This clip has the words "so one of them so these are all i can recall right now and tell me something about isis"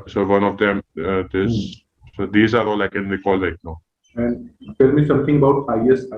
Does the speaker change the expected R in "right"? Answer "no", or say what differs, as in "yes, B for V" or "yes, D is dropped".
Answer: yes, L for R